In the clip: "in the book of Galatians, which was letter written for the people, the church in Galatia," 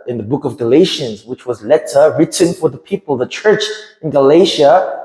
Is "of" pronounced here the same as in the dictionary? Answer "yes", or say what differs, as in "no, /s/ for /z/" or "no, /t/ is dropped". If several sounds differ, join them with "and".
yes